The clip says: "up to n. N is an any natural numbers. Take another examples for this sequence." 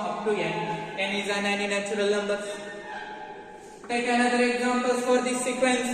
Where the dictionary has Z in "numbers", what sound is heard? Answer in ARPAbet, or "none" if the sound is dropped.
none